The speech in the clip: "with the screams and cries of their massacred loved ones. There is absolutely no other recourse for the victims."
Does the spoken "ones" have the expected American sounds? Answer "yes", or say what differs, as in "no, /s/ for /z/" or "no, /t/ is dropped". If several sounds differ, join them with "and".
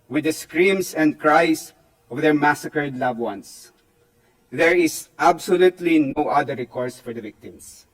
no, /s/ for /z/